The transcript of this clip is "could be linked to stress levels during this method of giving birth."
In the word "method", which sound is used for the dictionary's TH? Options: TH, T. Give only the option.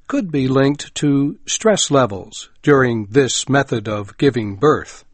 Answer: TH